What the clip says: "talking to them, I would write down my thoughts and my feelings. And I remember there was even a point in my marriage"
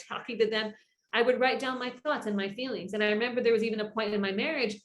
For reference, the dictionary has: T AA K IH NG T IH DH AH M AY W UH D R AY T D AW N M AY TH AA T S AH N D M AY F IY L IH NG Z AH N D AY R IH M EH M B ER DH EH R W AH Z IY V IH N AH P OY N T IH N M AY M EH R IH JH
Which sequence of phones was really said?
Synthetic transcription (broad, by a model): AA K IH NG T IH DH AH M AY W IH D R AY T D AW N M AY TH AA T S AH N M AY F IY L IH NG Z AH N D AY R IH M EH M B ER DH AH R W AH Z IY V IH N AH P OY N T IH N M AY M EH R IH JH